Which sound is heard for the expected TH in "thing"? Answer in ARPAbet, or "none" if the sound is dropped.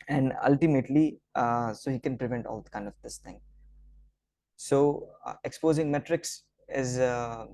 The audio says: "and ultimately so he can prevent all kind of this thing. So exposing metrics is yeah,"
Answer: T